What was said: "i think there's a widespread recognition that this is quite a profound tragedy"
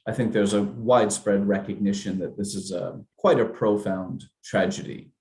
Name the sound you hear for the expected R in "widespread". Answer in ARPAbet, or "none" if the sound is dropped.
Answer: R